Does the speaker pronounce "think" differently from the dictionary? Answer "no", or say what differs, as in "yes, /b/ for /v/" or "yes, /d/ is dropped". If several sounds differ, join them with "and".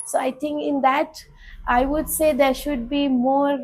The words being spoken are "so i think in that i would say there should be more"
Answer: yes, /t/ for /θ/